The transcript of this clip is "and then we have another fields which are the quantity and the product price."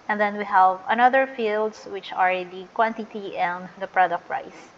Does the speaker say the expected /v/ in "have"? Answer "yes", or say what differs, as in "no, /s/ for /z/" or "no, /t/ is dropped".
yes